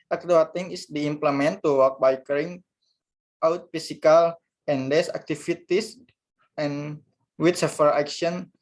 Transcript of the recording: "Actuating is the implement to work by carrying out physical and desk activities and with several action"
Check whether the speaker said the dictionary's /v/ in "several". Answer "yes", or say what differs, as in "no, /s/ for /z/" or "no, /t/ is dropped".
no, /f/ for /v/